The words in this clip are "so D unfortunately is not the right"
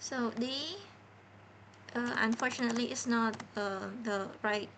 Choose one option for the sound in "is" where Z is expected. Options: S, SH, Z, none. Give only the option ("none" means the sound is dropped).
S